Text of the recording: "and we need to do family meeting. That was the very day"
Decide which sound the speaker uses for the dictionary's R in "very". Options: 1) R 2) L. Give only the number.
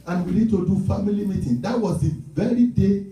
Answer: 1